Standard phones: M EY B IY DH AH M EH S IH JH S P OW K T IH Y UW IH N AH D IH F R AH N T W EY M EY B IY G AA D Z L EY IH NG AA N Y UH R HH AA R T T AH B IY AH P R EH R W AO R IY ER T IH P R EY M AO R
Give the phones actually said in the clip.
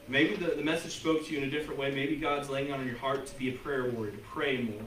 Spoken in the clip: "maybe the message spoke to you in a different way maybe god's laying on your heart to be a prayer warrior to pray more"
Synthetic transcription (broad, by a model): M EY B IY DH AH M EH S IH JH S P OW K T IH Y UW IH N AH D IH F R AH N T W EY M EY B IY G AA D Z L EY IH NG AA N Y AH R HH AA R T T AH B IY AH P R EH R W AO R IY T IH P R EY M AO R